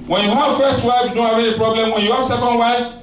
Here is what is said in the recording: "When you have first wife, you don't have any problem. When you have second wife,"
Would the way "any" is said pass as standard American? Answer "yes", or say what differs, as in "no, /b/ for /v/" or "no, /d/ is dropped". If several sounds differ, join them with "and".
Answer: no, /n/ is dropped